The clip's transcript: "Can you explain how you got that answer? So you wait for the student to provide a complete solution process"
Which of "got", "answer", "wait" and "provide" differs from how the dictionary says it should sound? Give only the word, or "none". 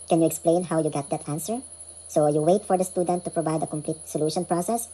none